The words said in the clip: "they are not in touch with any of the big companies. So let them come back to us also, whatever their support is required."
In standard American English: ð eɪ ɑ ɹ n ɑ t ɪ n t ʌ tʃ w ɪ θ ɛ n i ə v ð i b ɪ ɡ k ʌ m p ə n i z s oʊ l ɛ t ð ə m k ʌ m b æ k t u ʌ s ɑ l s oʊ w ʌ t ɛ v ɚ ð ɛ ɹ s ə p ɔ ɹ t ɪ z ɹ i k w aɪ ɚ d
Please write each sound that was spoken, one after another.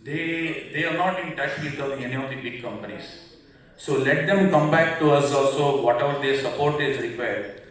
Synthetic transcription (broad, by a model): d eɪ ɑ ɹ n ɑ t ɪ n t ʌ tʃ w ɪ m ɛ n i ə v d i b ɪ ɡ k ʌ m p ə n i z s oʊ l ɛ t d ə m k ʌ m b æ k t u ʌ s ɑ l s oʊ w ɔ t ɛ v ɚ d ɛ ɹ s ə p ɔ ɹ t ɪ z ɹ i k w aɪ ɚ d